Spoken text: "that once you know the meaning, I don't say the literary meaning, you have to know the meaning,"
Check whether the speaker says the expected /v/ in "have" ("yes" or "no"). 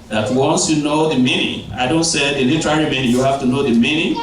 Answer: no